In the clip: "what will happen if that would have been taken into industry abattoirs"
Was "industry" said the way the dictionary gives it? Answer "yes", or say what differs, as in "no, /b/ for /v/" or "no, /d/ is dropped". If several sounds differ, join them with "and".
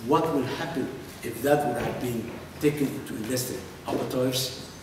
no, /ɹ/ is dropped